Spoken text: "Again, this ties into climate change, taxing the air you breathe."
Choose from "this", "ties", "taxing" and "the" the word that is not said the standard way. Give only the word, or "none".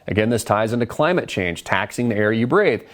none